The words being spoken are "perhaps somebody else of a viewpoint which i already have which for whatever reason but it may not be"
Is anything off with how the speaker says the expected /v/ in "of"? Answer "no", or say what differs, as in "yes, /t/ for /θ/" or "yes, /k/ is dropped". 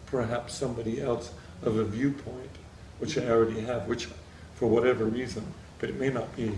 no